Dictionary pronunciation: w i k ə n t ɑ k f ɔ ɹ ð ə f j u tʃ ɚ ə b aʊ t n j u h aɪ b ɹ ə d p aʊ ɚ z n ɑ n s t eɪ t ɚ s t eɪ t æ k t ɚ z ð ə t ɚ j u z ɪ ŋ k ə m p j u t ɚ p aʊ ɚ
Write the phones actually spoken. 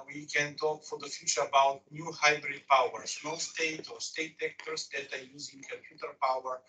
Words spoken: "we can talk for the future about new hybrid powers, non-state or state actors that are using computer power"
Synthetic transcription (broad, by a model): w i k ə n t ɑ k f ɔ ɹ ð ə f j u tʃ ɚ ə b aʊ t n j u h aɪ b ɹ ə d p aʊ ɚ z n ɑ s t eɪ t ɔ s t eɪ t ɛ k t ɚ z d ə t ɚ j u z ɪ ŋ k ə m p j u t ɚ p aʊ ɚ